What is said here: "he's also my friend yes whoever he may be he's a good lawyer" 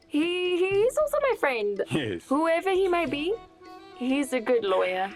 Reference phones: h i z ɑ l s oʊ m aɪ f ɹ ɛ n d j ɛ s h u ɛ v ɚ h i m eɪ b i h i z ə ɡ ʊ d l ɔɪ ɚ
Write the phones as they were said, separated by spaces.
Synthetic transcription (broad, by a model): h i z ɑ l s oʊ m aɪ f ɹ ɛ n d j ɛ h u ɛ v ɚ h i m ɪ b i h i z ə ɡ ʊ d l ɔɪ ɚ